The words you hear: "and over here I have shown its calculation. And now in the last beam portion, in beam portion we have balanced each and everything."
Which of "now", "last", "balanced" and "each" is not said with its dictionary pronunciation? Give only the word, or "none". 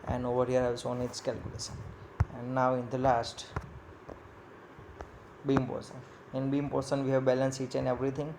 balanced